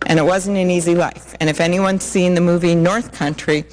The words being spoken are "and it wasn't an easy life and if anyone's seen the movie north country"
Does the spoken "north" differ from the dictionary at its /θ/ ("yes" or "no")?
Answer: no